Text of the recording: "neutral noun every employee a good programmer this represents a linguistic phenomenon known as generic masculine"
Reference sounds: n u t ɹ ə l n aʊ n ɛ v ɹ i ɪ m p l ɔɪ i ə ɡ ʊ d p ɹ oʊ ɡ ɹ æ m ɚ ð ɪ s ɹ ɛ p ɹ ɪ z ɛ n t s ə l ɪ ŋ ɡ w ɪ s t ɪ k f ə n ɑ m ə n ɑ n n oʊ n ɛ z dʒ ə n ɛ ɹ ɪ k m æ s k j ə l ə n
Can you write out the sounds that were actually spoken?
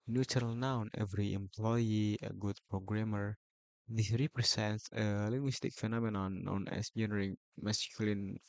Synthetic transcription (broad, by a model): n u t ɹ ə l n aʊ n ɛ v ɹ i ɪ m p l ɔɪ i ə ɡ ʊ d p ɹ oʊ ɡ ɹ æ m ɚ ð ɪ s ɹ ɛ p ɹ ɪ s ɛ n t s ə l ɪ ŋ ɡ w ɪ s t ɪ k f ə n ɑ m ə n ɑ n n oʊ n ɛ s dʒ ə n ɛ ɹ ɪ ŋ m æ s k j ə l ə n